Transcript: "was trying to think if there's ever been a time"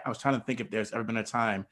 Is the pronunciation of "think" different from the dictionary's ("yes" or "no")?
no